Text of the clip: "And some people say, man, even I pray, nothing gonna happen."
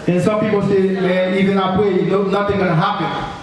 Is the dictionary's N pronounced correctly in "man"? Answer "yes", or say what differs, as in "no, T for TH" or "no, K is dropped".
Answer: no, N is dropped